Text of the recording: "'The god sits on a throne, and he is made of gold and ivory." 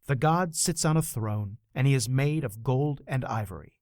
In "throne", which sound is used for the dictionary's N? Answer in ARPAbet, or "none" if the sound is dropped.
N